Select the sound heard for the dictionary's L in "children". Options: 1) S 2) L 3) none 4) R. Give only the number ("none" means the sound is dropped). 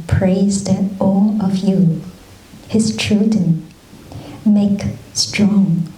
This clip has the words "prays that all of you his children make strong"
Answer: 3